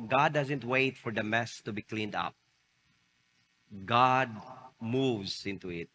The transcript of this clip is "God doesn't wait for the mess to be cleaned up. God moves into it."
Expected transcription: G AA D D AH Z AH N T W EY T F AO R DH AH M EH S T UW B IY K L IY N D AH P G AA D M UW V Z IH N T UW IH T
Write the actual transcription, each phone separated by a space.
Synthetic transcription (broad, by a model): G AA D D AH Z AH N T W EY T F AO R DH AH M EH S T UW B IY K L IY N D AH P G AA D M UW V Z IH N T UW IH T